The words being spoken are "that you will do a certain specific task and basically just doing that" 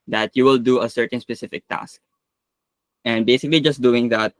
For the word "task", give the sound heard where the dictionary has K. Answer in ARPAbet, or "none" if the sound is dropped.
K